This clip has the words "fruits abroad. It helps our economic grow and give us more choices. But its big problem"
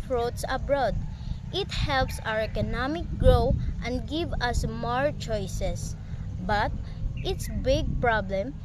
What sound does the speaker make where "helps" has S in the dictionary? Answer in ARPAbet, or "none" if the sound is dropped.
S